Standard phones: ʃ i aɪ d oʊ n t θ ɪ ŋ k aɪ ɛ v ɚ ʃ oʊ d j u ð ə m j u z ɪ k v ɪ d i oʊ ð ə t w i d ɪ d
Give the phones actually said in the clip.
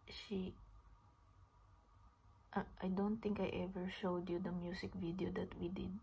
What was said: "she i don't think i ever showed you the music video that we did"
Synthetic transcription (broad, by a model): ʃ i aɪ d oʊ n t θ ɪ ŋ k aɪ ɛ v ɚ ʃ oʊ d j u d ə m j u s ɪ k v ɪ d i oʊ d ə t w i d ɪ d